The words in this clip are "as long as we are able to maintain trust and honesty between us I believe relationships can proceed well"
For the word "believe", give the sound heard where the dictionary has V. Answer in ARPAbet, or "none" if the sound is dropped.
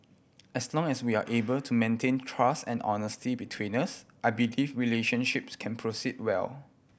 F